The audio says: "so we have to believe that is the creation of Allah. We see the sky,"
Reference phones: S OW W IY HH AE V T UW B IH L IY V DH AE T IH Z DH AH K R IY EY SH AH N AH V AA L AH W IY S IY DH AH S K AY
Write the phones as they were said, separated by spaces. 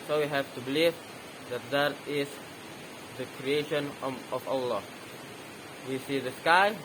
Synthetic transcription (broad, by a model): S OW W IY HH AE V T UW B IH L IY V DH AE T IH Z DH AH K R IY EY SH AH N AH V AA L AH W IY S IY DH AH S K AY